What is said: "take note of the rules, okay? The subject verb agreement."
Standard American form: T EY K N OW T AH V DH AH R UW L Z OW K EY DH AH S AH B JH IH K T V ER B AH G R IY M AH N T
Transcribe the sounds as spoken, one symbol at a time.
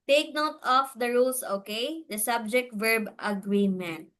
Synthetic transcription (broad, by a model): T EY K N OW T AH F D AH R UW L S OW K EY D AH S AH B JH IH K T V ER B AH G R IY M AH N T